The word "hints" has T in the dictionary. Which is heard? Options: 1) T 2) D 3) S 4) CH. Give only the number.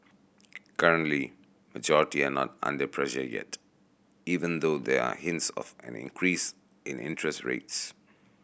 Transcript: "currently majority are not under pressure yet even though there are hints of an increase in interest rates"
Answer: 1